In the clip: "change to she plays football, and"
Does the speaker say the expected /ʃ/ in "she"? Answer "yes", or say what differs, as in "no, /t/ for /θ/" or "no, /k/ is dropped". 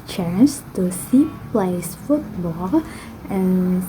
no, /s/ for /ʃ/